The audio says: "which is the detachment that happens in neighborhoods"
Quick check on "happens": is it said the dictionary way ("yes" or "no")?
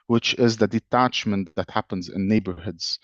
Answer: yes